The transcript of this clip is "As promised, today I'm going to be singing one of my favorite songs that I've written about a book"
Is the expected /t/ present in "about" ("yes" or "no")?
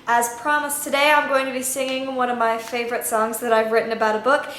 yes